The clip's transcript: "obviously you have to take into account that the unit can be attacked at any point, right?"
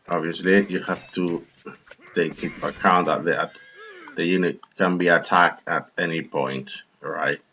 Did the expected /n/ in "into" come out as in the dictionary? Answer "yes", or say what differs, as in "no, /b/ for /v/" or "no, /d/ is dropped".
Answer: no, /n/ is dropped